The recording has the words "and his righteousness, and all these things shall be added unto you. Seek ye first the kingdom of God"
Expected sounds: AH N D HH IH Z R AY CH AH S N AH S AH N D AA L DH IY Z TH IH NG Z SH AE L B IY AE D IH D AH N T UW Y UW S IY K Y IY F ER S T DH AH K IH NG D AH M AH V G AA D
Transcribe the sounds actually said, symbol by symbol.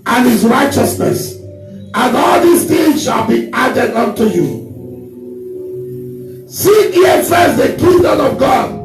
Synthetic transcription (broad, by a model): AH N HH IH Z R AY CH AH S N AH S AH N AA L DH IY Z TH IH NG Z SH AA L B IY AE D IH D AH N T UW Y UW S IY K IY F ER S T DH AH K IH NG D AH M AH V G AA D